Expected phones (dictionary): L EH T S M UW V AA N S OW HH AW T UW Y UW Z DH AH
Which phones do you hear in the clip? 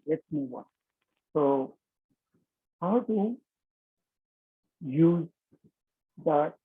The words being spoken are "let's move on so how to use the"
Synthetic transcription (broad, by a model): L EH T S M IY W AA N S OW HH AW T UW Y UW Z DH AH